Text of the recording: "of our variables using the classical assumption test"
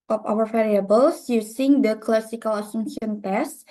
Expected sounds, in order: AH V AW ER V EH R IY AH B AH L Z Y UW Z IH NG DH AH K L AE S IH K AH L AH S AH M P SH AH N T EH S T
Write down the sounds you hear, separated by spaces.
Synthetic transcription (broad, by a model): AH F AW ER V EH R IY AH B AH L S Y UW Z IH NG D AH K L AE S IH K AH L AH S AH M SH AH N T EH S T